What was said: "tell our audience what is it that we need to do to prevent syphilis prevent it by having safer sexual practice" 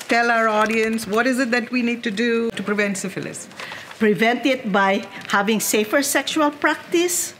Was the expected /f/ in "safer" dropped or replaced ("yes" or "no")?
no